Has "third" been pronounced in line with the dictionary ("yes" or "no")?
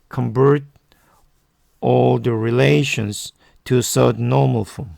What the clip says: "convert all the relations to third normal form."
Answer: no